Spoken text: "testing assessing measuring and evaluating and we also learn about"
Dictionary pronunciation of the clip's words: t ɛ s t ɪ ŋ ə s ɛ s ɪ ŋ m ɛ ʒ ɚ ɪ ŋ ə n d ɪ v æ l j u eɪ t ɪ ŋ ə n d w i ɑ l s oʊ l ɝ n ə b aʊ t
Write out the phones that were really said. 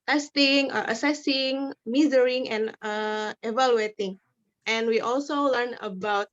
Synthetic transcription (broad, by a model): t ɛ s t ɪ ŋ ə s ɛ s ɪ ŋ m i z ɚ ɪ ŋ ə n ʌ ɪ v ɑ l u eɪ t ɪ ŋ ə n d w i ɑ l s oʊ l ɝ n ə b aʊ t